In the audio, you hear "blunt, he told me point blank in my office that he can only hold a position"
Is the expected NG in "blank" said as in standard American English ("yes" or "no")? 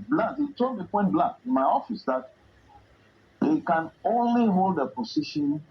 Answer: no